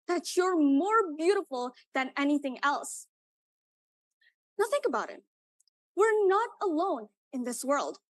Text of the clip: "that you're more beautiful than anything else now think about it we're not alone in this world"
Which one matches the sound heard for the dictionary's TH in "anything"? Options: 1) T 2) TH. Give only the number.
2